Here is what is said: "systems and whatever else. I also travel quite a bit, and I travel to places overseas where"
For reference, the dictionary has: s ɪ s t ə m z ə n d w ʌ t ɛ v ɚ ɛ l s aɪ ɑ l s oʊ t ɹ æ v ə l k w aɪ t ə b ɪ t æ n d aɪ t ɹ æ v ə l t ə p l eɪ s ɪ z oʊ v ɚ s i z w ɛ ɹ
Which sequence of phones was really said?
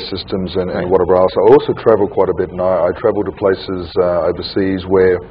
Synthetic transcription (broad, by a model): s ɪ s t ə m z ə n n w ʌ t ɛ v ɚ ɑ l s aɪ ɑ l s oʊ t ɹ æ v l k w aɪ t ə b ɪ t n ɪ aɪ t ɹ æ v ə l t ə p l eɪ s ɪ z oʊ v ɚ s i z w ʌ ɹ